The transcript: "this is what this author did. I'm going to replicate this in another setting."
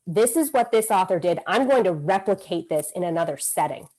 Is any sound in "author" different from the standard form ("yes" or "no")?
no